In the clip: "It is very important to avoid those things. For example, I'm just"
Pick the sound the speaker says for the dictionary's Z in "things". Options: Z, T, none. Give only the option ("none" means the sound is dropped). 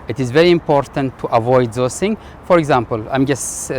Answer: none